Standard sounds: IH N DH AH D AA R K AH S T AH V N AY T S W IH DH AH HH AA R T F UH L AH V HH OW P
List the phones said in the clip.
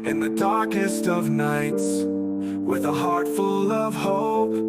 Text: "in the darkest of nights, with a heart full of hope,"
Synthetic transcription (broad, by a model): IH N DH AH D AA R K AH S T AH V N AY T S W IH DH AH HH AA R T F UH L AH V HH OW